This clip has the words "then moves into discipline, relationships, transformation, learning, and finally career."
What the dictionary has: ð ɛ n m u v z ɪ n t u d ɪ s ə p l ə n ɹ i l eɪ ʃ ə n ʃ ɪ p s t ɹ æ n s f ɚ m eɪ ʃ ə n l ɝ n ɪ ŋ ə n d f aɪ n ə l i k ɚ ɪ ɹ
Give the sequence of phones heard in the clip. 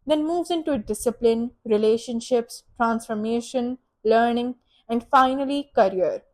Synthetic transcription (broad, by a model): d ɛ n m u v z ɪ n t u d ɪ s ə p l ə n ɹ i l eɪ ʃ ə n ʃ ɪ p s t ɹ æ n s f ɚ m eɪ ʃ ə n l ɝ n ɪ ŋ ə n d f aɪ n ə l i k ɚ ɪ ɹ